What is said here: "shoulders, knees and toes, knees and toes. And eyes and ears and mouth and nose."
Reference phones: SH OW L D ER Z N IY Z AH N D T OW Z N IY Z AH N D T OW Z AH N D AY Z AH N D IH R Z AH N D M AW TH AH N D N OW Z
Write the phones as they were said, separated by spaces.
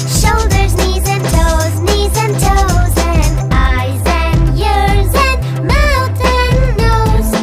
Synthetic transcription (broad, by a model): SH OW L D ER Z N IY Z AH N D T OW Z N IY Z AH N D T OW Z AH N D AY Z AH N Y IH R Z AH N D M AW T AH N N OW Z